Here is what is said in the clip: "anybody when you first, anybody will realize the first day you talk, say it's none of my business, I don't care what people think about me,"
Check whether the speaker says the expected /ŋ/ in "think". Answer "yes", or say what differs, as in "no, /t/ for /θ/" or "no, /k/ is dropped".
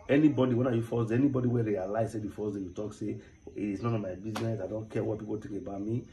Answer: no, /ŋ/ is dropped